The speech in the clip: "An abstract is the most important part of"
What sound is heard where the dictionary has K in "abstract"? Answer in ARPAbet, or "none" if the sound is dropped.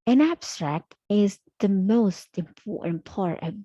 K